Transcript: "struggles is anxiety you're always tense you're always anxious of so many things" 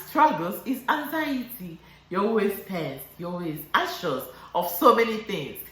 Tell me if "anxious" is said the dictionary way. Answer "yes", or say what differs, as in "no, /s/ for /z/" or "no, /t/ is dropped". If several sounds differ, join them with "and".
no, /ŋ/ is dropped